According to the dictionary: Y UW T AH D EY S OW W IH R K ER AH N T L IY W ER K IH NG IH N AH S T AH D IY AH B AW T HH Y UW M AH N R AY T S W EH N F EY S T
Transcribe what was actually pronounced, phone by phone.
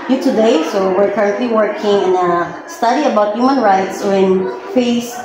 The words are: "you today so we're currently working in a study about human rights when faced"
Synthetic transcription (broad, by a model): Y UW T AH D EY S OW W IH R K ER AH N T L IY W ER K IH NG IH N AH S T AH D IY AH B AW T HH Y UW M AH N R AY T S W EH N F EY S